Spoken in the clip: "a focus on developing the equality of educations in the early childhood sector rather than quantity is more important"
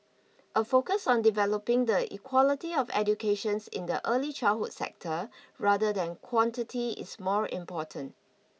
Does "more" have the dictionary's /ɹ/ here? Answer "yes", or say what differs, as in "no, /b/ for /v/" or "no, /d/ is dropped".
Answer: yes